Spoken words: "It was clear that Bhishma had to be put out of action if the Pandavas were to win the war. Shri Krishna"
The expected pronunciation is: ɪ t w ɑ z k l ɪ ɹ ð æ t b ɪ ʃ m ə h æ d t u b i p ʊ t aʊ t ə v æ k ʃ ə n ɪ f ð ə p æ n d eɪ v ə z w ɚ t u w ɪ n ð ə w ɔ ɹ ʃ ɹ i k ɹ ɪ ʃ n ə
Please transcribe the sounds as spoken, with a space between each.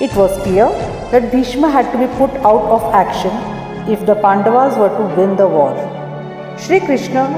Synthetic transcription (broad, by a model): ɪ t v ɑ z k l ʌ ɹ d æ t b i ʃ m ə h æ d t u b i p ʊ t aʊ t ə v æ k ʃ ə n ɪ f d ə p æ n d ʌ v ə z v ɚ t u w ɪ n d ə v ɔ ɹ ʃ ɹ i k ɹ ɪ ʃ n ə